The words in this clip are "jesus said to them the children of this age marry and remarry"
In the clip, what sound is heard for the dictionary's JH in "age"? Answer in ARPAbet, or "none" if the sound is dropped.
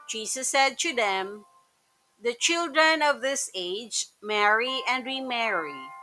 JH